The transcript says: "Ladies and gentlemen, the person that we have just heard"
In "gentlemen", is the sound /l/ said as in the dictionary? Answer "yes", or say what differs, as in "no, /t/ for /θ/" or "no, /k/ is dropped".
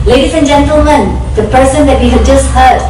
yes